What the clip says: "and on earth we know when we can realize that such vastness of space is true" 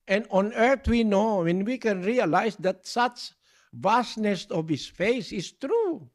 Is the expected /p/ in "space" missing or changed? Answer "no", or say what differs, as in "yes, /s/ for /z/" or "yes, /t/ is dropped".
yes, /f/ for /p/